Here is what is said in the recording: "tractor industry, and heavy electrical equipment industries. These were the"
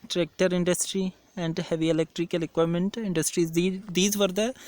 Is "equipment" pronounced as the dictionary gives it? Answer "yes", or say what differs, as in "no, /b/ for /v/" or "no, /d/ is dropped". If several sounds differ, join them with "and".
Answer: no, /p/ is dropped